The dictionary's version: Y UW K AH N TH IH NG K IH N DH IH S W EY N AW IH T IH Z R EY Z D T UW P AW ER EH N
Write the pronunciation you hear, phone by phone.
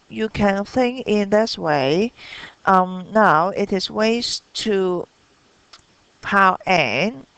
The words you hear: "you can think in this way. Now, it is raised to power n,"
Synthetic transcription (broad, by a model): Y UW K AH N TH IH NG K IH N DH IH S W EY N AW IH T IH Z W EY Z T UW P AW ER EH N